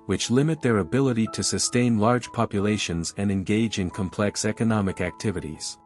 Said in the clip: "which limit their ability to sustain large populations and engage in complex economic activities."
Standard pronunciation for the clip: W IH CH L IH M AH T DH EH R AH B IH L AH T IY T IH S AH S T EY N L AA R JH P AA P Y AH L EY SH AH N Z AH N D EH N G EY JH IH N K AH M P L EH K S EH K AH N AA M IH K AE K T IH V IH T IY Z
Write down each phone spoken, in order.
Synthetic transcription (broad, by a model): W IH CH L IH M AH T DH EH R AH B IH L AH T IY T IH S AH S T EY N L AA R JH P AA P Y AH L EY SH AH N Z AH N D EH N G EY JH IH N K AH M P L EH K S EH K AH N AA M IH K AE K T IH V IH T IY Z